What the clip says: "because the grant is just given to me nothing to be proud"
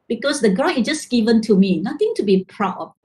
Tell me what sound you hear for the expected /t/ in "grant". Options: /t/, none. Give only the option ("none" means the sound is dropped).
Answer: none